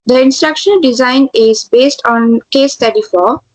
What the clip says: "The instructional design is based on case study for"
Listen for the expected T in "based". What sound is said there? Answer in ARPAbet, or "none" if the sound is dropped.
T